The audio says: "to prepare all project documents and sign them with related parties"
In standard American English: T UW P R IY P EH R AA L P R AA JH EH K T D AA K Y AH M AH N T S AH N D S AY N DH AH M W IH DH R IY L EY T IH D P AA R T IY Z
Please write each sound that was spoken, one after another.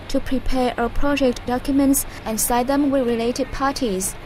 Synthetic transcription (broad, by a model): T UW P R IY P EH R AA P R AA JH EH K T D AA K Y AH M AH N T S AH N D S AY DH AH M W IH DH R IY L EY T IH D P AA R T IY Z